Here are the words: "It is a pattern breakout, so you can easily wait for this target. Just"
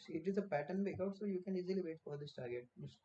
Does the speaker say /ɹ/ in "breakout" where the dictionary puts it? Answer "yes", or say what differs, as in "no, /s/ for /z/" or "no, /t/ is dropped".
no, /ɹ/ is dropped